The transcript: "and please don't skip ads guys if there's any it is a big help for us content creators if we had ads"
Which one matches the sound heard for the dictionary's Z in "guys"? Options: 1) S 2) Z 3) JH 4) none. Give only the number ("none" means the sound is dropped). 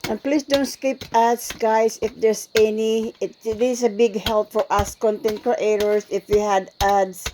1